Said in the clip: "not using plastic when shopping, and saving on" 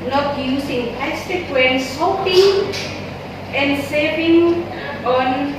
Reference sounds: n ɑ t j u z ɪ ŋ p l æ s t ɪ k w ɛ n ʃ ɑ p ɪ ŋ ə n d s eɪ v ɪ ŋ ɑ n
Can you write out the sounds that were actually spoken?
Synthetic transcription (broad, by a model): n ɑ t j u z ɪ ŋ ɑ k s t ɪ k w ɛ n s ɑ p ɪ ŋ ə n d s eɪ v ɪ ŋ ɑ n